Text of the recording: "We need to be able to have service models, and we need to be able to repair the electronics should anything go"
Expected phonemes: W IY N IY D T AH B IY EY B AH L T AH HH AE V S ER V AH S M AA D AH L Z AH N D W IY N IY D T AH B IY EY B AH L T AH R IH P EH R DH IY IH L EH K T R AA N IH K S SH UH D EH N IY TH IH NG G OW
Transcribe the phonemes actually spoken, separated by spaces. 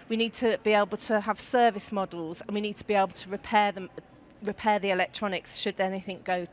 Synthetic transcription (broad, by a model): W IY N IY D T AH B IY EY B AH L T AH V S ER V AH S M AA D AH L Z AH N W IY N IY D T AH B IY EY B L T AH R IH P EH R DH IY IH L EH K T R AA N IH K S SH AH D EH N IY TH IH NG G OW